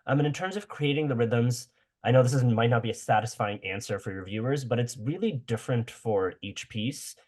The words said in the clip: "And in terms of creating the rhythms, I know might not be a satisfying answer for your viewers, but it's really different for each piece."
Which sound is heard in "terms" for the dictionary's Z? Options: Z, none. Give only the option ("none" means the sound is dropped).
Z